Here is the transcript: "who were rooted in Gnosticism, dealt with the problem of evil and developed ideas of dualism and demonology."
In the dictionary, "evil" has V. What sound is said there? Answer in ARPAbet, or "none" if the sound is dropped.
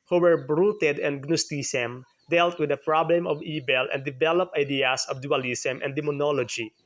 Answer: B